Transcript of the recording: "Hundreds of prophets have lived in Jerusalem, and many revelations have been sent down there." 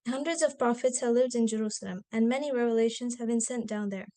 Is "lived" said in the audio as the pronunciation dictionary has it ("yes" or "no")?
yes